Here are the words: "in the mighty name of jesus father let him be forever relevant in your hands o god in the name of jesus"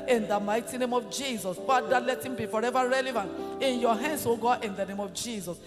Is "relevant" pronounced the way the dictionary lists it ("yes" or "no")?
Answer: yes